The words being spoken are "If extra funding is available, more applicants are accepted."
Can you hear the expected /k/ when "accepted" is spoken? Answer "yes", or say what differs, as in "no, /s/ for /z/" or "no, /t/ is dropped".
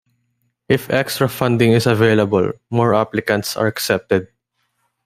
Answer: yes